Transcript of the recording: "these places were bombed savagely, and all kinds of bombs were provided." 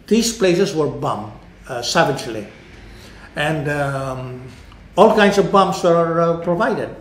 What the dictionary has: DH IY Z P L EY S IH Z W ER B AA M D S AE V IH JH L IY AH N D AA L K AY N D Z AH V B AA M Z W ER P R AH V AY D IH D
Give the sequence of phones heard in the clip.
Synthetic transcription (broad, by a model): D IY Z P L EY S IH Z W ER B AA M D S AE V IH JH L IY AH N D AA L K AY N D S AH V B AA M S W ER P R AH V AY D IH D